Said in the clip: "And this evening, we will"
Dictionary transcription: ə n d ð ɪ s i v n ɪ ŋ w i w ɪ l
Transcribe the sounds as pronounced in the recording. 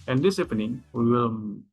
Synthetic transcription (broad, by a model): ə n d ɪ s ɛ p n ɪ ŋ w i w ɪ l